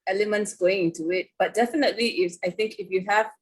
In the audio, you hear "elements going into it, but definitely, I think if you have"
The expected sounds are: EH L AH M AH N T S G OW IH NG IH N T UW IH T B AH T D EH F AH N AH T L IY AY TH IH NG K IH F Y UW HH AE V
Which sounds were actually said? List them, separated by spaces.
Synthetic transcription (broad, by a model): EH L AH M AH N T S G OW IH NG IH N T UW IH T B AH T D EH F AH N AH T L IY AY TH IH NG K IH F Y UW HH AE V